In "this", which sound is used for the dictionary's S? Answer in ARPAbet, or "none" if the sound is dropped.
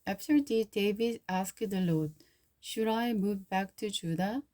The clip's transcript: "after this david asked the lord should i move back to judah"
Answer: none